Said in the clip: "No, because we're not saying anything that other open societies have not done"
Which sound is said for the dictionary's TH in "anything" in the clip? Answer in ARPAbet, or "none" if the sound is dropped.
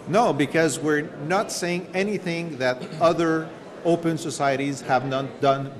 TH